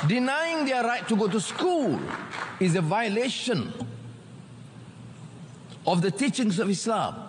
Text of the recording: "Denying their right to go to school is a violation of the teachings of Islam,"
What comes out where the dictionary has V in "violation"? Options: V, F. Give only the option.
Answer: V